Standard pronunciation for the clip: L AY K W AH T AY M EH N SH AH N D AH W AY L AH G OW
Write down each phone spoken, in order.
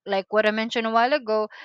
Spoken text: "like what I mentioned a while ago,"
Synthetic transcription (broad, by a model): L AY K W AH T AY M EH N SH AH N AH W AY L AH G OW